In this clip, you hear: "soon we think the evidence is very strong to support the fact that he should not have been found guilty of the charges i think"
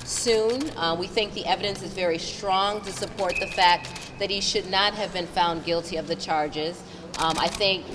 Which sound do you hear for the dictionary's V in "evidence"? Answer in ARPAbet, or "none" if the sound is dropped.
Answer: V